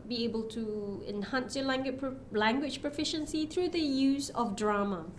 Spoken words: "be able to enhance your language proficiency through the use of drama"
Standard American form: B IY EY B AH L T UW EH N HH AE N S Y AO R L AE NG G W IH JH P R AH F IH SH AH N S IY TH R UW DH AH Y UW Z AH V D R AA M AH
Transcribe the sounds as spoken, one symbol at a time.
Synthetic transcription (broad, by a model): B IY EY B AH L T UW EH N HH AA N S Y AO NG L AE NG G W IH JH P R AH F IH SH AH N S IY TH R UW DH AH Y UW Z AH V D R AA M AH